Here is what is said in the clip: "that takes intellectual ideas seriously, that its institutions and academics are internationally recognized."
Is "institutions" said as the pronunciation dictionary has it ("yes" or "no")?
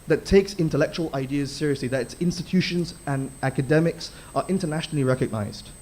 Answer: yes